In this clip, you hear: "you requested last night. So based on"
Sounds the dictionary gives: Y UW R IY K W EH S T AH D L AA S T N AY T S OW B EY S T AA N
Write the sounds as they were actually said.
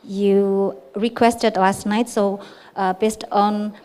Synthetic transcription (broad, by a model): Y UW R IY K W EH S T AH D L AA S T N AY T S OW B EY S T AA N